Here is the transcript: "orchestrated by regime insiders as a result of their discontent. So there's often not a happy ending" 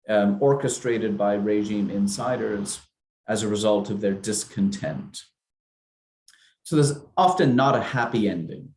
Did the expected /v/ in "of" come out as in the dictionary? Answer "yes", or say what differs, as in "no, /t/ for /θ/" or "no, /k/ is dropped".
yes